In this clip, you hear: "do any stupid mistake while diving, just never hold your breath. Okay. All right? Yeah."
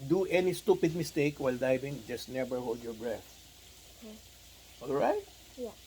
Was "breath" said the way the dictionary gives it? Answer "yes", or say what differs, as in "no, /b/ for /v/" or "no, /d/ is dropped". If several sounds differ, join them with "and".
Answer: yes